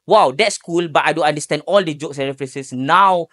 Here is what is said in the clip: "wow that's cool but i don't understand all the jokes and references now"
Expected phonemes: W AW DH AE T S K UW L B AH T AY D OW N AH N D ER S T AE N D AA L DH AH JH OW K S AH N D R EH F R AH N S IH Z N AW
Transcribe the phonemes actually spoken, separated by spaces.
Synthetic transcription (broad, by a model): W AW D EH T S K UW L B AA T AY D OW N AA N D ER S T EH N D AA L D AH JH OW K S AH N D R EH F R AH N S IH S N AW